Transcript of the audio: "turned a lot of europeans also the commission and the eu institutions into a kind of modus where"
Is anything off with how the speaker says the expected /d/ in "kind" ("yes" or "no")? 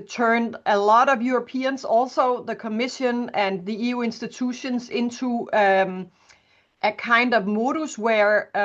no